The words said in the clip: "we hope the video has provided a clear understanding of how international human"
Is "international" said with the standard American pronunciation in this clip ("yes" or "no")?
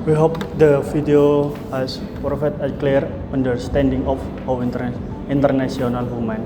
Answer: no